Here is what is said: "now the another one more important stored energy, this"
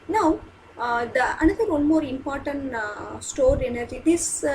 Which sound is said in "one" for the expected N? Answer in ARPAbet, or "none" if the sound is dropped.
L